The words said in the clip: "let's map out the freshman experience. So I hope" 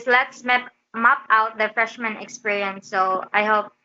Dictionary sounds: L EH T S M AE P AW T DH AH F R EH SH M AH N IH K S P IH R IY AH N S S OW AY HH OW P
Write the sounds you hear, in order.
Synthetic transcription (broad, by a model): L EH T S M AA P AW T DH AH F R EH SH M AH N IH K S P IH R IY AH N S S OW AY HH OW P